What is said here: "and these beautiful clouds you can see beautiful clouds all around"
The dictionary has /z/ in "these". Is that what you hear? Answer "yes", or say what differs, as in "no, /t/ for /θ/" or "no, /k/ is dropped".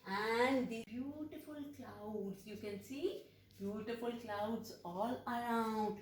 no, /z/ is dropped